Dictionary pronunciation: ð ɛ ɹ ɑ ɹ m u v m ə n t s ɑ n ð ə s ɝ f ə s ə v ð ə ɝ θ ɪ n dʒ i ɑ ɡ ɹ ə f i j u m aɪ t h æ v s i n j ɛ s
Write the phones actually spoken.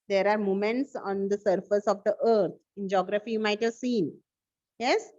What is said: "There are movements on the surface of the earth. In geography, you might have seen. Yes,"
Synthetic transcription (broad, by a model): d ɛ ɹ ɑ ɹ m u m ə n t s ɑ n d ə s ɝ f ə s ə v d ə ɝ t ɪ n dʒ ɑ ɡ ɹ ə f i j u m aɪ t h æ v s i n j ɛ s